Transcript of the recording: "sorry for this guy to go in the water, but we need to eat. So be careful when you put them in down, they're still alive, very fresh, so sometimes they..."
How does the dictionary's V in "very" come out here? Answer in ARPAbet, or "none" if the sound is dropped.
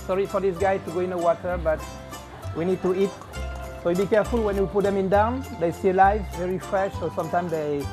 V